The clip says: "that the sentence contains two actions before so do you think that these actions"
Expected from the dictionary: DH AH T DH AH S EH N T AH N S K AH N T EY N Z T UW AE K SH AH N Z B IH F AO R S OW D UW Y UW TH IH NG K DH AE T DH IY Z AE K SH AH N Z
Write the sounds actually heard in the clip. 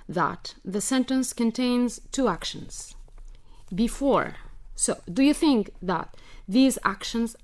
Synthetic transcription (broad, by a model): DH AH T DH AH S EH N T AH N S K AH N T EY N Z T UW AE K SH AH N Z B IH F AO R S OW D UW Y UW TH IH NG K DH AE T DH IY Z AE K SH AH N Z